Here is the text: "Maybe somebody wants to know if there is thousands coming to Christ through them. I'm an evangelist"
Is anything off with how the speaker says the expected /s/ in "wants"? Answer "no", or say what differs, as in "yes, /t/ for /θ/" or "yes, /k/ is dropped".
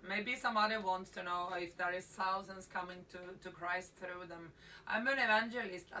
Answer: no